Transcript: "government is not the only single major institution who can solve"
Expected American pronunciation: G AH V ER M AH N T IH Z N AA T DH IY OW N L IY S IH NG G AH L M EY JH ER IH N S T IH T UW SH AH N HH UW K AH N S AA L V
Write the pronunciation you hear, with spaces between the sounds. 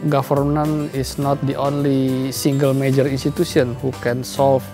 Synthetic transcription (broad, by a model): G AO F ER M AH N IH S N AA T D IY OW N L IY S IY NG G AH L M EY JH ER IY N S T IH T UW S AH N HH UW K AH N S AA L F